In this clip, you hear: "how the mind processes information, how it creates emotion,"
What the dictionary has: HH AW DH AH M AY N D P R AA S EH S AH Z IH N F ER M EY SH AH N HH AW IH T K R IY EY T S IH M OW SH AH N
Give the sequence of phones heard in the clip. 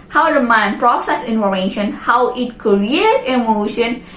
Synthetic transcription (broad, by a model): HH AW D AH M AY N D P R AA S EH S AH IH N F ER M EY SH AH N HH AW IH T K R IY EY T IH M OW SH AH N